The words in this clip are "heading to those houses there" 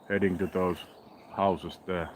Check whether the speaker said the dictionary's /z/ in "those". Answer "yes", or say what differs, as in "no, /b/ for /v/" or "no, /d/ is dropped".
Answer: no, /s/ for /z/